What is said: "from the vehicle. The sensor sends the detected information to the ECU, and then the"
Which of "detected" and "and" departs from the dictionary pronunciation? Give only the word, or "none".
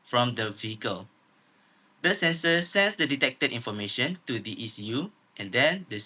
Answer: none